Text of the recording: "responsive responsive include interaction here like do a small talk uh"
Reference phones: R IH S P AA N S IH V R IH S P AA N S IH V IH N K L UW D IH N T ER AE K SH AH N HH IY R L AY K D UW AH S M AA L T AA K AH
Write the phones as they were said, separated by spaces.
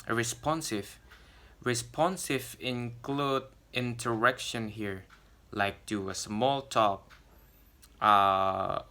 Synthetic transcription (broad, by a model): R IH S P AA N S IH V R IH S P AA N S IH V IH N K L UW D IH N T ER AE K SH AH N HH IY R L AY K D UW AH S M AA L T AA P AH